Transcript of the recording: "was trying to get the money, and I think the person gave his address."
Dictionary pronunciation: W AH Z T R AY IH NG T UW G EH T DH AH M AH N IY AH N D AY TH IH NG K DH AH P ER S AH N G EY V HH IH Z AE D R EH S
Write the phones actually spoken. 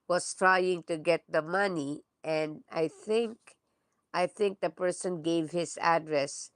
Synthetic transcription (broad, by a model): W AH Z T R AY IH NG T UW G EH T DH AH M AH N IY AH N D AY TH IH NG K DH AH P ER S AH N G EY V HH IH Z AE D R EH S